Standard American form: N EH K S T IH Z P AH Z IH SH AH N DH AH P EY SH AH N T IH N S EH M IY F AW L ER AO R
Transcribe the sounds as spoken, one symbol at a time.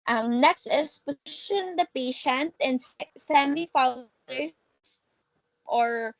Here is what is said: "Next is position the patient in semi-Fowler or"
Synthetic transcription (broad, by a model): N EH K S T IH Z P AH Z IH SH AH N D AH P EY SH AH N T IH N S EH M IY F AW ER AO R